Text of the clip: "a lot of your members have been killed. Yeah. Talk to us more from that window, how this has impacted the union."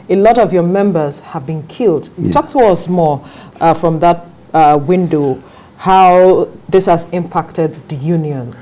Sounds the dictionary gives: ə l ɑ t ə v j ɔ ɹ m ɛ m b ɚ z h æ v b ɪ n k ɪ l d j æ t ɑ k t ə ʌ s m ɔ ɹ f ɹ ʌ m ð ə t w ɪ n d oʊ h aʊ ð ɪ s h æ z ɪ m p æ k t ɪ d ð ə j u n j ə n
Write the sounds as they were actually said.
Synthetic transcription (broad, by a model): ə l ɑ t ə v j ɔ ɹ m ɛ m b ɚ z h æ v b ɪ n k ɪ l d t ɑ k t ə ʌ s m ɔ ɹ f ɹ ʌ m ð ə t w ɪ n d oʊ h aʊ ð ɪ s h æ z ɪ m p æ k t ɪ d ð ə j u n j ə n